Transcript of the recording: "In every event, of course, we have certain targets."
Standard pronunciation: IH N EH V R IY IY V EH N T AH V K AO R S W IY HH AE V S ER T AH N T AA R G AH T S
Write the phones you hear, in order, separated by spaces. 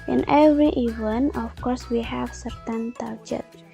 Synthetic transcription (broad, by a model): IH N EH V R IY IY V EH N AH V K AO R S W IY HH AE V S ER T AH N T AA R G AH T